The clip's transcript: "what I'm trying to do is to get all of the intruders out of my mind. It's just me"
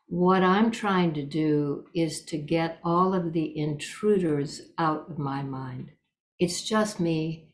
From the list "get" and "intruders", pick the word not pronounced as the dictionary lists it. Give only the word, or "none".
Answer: none